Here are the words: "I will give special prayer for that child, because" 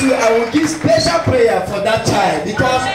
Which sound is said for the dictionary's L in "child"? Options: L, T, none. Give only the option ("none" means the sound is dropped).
L